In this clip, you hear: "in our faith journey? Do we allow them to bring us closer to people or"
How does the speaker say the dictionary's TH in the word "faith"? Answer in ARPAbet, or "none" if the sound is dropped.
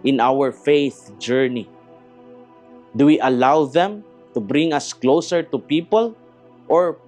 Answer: TH